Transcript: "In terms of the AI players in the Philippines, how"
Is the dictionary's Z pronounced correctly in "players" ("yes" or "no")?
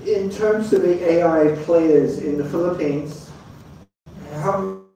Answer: yes